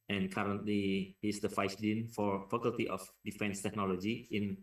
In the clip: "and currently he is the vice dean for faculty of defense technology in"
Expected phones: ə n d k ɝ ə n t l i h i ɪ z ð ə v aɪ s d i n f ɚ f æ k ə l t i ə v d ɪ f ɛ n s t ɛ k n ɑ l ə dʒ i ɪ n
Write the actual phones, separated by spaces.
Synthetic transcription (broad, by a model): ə n k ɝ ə n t l i h i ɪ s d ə f aɪ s d i n f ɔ f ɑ k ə l t i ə f d ɪ f ɛ n s t ɛ k n ɑ l ə dʒ i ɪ n